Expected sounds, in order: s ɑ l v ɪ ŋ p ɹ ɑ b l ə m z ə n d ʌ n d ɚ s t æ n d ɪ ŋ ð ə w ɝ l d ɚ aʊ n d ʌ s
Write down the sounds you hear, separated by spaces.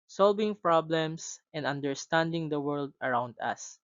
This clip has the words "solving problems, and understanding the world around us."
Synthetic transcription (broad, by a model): s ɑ l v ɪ ŋ p ɹ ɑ b l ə m s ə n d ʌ n d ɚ s t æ n d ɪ ŋ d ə w ɝ l d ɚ aʊ n d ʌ s